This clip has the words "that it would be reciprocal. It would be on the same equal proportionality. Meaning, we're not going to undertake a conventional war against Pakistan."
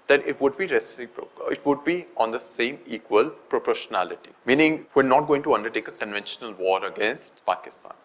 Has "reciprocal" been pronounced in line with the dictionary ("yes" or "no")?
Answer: no